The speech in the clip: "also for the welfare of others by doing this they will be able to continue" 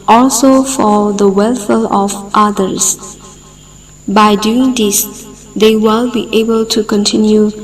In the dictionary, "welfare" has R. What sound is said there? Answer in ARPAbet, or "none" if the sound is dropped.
L